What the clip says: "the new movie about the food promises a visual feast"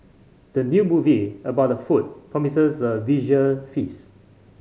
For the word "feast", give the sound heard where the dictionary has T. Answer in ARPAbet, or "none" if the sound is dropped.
none